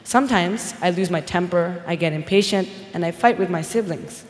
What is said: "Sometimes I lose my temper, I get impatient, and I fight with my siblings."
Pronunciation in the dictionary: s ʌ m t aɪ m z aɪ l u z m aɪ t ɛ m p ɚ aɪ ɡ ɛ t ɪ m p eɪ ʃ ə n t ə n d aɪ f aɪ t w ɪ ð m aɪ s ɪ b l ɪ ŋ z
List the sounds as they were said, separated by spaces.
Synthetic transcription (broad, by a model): s ʌ m t aɪ m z aɪ l u z m aɪ t ɛ m p ɚ aɪ ɡ ɛ t ɪ m p eɪ ʃ ə n t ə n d aɪ f aɪ t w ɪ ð m aɪ s ɪ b l ɪ ŋ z